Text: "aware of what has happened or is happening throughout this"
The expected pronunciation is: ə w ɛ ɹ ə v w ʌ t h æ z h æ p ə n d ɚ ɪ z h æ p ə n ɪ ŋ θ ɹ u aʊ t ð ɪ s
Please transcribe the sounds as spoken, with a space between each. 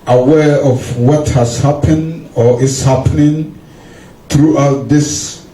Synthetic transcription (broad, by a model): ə w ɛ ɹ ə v w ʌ t h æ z h æ p ə n d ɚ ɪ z h æ p ə n ɪ ŋ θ ɹ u aʊ t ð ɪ s